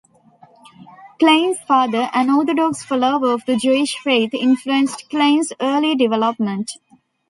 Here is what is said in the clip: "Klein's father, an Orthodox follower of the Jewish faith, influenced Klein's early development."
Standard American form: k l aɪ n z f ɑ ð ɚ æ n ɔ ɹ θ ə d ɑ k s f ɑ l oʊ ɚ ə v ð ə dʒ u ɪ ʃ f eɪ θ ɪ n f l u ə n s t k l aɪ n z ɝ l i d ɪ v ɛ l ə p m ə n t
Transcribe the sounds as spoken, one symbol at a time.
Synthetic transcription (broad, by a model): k l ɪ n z f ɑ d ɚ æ n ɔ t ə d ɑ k s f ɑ l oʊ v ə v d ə dʒ u ɪ ʃ f eɪ t ɪ n f l u ə n s t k l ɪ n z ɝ l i d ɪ v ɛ l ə p m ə n t